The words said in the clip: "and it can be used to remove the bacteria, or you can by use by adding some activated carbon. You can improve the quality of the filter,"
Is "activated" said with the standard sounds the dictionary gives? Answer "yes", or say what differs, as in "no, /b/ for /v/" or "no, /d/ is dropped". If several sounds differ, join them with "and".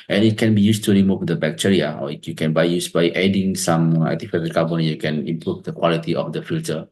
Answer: no, /k/ is dropped and /f/ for /v/